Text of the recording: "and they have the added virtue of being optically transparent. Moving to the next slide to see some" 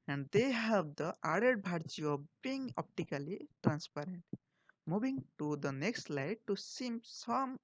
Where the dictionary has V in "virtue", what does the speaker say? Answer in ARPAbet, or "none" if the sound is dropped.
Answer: B